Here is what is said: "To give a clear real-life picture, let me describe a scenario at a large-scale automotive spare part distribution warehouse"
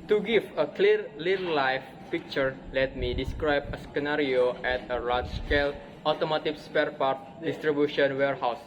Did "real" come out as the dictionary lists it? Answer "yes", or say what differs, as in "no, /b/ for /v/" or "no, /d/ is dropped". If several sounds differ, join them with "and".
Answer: no, /l/ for /ɹ/